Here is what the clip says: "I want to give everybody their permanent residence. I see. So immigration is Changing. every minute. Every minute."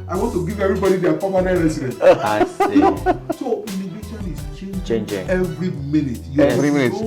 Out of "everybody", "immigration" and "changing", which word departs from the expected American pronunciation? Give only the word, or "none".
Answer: immigration